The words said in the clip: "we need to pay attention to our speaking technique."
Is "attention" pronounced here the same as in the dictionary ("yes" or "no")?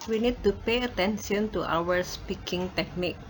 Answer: no